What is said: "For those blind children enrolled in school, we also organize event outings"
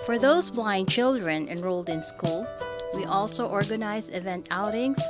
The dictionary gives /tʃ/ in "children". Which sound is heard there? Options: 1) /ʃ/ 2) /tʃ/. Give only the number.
2